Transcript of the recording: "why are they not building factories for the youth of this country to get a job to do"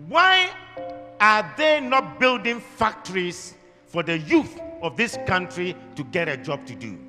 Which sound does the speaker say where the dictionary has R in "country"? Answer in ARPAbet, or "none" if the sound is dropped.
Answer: R